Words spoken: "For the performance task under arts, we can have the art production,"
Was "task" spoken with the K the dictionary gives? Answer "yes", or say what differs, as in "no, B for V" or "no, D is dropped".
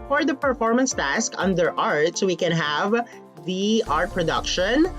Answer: yes